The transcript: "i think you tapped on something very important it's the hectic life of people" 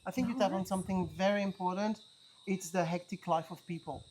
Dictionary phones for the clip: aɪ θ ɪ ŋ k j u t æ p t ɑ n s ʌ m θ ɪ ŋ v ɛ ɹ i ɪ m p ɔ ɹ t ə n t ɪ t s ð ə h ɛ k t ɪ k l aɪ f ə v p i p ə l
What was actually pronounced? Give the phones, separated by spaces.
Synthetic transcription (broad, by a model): aɪ θ ɪ ŋ k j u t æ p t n s ʌ m θ ɪ ŋ v ɛ ɹ i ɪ m p ɔ ɹ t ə n t ɪ t s ð ə h ɛ k t ɪ k l aɪ f ə v p i p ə l